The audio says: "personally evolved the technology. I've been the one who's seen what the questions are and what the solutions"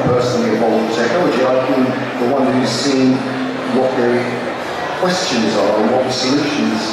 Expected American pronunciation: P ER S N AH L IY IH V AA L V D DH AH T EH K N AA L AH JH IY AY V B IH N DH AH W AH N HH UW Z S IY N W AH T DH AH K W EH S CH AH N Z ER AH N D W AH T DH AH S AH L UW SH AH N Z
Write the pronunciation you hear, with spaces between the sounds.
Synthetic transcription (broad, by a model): P ER S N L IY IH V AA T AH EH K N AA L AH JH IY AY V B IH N DH AH W AH N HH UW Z S IY N W AH T DH AH K W EH S CH AH N Z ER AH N W AH T DH AH S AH L UW SH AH N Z